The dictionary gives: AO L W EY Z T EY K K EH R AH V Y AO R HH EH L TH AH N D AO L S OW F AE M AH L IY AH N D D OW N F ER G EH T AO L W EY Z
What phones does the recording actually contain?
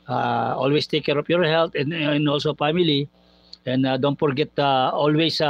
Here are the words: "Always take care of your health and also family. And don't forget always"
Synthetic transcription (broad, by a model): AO L W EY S T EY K K EH R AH F Y AO R HH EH L T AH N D AO L S OW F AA M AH L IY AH N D D OW N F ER G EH T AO L W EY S